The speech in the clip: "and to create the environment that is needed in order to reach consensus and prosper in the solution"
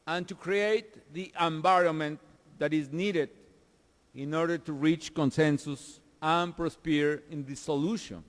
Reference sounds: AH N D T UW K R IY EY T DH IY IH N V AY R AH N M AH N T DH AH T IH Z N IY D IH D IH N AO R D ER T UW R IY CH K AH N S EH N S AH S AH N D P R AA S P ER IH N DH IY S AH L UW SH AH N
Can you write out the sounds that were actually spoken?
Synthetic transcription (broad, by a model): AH N T UW K R IY EY T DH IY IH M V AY R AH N M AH N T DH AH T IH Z N IY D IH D IH N AO R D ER T UW R IY CH K AH N S EH N S AH S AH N P R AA S P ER IH N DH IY S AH L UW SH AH N